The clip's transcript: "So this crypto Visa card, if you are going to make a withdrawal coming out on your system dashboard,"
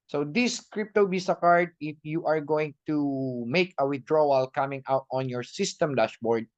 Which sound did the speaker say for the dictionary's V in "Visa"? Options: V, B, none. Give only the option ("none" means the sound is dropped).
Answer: B